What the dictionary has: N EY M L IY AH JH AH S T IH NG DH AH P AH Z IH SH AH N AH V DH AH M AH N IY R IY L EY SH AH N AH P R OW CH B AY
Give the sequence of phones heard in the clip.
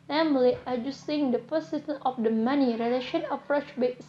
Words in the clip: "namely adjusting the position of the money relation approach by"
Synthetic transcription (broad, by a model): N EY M L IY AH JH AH S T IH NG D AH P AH S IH S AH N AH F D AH M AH N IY R IY L EY SH AH N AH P R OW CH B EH